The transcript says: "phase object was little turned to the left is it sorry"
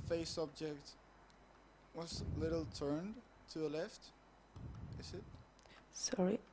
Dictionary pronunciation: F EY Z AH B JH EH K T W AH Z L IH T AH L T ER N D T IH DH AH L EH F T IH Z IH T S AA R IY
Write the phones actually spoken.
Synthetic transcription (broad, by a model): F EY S AH B JH EH K T W AH Z L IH T L T ER N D T IH DH AH L EH F T IH Z IH T S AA R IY